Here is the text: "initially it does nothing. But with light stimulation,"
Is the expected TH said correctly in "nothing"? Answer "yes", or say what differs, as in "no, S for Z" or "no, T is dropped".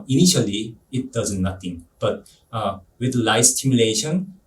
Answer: no, T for TH